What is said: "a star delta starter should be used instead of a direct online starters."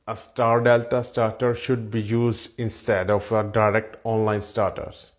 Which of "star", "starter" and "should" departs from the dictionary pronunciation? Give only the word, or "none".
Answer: none